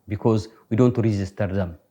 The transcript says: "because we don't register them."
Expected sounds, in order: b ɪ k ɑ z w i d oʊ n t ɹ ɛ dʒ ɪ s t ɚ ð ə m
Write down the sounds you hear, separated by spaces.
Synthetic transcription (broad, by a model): b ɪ k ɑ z w i d oʊ n t ɹ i z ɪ s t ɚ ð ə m